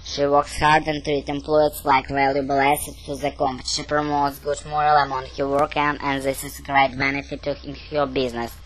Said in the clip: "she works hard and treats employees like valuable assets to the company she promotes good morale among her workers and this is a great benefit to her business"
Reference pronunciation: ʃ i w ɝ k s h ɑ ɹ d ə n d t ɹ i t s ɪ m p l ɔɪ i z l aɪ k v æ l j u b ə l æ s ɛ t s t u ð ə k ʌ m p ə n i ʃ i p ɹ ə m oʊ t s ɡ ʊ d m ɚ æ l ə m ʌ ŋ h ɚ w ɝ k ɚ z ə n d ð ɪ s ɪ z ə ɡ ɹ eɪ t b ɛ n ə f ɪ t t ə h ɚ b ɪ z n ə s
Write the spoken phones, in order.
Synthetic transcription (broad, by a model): ʃ i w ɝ k s h ɑ ɹ d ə n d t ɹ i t ɪ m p l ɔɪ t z l aɪ k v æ l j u b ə l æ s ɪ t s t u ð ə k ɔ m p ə ʃ i p ɹ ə m oʊ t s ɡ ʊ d m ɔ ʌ l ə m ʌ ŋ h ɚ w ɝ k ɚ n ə n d ð ɪ s ɪ z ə ɡ ɹ eɪ t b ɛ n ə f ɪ t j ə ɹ b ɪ z n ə s